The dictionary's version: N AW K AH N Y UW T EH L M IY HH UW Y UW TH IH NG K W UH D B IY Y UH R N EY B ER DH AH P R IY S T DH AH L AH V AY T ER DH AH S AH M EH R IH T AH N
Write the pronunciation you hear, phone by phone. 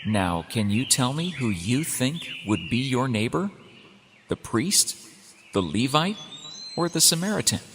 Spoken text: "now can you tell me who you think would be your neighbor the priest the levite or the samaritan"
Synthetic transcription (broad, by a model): N AW K AH N Y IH T EH L M IY HH UW Y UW TH IH NG K W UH D B IY Y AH R N EY B ER DH AH P R IY S T DH AH L AH V AY T ER DH AH S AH M EH R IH T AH N